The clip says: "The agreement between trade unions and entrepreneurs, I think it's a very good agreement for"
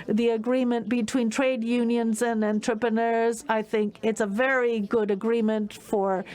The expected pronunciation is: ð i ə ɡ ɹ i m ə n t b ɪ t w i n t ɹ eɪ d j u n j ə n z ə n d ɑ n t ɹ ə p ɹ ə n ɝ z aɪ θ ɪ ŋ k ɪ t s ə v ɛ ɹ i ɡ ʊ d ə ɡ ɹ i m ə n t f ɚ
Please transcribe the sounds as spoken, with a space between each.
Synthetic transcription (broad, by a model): ð i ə ɡ ɹ i m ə n b ɪ t w i n t ɹ eɪ d j u n j ə n z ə n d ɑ n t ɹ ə p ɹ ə n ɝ z aɪ θ ɪ ŋ k ɪ t s ə v ɛ ɹ i ɡ ʊ d ə ɡ ɹ i m ə n t f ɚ